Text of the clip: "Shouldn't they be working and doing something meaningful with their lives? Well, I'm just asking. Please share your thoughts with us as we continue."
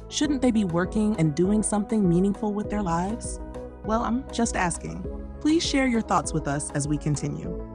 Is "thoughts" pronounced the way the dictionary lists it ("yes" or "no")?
yes